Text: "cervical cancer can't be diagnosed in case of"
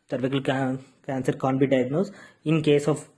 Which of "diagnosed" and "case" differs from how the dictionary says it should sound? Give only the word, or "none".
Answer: diagnosed